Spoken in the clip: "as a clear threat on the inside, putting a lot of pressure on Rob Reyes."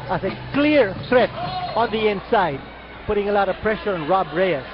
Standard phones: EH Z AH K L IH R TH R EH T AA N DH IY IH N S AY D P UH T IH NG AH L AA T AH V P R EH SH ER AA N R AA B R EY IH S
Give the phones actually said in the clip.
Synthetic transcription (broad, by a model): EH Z AH K L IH R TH R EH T AA N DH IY IH N S AY D P UH T IH NG AH L AA T AH V P R EH SH ER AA N R AA B R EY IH